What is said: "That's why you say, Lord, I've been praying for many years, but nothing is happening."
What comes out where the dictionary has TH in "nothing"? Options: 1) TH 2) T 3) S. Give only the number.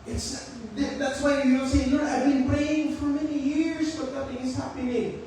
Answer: 2